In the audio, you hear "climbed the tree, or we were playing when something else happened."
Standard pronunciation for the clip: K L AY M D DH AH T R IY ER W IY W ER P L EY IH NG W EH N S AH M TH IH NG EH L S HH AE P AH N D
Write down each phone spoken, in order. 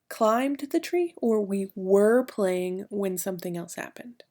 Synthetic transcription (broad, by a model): K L AY M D DH AH T R IY ER W IY W ER P L EY IH NG W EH N S AH M TH IH NG EH L S HH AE P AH N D